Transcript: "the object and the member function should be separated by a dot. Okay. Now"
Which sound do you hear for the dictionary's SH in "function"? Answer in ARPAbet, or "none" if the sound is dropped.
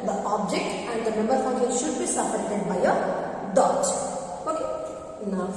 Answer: none